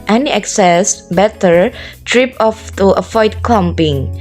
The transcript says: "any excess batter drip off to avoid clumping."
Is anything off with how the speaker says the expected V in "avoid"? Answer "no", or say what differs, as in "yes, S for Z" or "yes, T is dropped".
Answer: yes, F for V